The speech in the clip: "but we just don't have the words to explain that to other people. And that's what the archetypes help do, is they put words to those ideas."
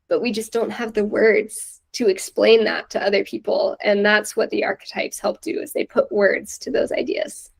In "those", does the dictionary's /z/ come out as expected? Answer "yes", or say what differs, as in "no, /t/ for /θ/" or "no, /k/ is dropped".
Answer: yes